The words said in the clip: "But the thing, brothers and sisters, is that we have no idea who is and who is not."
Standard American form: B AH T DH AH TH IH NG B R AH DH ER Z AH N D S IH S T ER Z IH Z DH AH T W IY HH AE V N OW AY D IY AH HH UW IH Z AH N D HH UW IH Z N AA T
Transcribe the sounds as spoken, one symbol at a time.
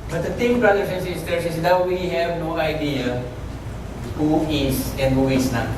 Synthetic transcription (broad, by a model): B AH T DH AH T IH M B R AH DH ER S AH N S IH S T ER S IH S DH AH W W IY HH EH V N OW AY D IY AH HH UW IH S AH N D HH UW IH S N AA